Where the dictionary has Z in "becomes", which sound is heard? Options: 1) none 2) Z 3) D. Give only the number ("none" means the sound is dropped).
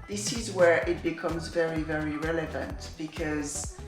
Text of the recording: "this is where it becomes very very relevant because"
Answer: 2